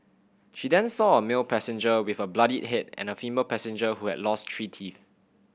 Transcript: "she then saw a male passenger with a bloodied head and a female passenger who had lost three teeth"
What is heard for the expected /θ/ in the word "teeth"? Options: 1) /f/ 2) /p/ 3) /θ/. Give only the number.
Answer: 1